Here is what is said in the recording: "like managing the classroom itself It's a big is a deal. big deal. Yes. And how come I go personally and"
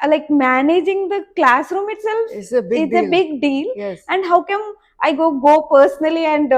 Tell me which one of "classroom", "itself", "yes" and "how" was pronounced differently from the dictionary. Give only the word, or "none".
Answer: none